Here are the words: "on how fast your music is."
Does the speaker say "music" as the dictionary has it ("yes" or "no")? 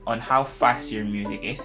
yes